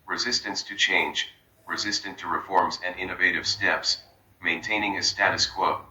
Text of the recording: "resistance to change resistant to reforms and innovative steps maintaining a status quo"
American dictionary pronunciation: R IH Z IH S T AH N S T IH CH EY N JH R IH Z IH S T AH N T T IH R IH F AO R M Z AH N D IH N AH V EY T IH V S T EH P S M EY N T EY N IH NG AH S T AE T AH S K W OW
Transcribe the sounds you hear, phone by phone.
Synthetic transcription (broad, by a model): R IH Z IH S T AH N S T IH CH EY N JH R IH Z IH S T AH N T T IH R IH F AO R M Z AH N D IH N AH V EY T IH V S T EH P S M EY N T EY N IH NG AH S T AE T AH S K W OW